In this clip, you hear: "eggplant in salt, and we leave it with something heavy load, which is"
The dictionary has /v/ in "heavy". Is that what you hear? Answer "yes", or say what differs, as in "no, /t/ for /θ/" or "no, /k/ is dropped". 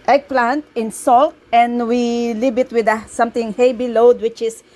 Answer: no, /b/ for /v/